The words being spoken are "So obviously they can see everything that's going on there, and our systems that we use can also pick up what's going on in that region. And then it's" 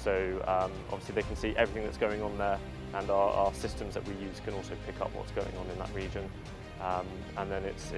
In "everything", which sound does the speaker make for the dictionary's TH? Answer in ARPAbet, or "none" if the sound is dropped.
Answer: TH